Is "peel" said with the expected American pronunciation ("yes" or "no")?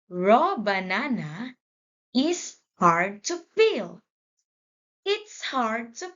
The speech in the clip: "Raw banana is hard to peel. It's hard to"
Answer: no